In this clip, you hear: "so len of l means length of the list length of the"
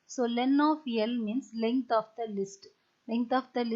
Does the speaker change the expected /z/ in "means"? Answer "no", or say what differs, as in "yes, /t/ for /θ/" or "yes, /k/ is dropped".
yes, /s/ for /z/